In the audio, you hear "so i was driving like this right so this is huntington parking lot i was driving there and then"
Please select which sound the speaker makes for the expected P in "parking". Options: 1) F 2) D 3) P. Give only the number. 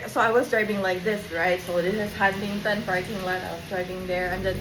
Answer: 1